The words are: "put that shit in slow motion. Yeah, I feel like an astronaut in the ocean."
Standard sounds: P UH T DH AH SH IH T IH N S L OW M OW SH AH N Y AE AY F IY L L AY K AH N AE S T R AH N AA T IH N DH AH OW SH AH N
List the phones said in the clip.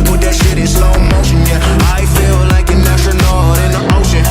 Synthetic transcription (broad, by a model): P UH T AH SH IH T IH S OW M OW AH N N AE AY F IY L L AY K AH N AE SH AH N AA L IH N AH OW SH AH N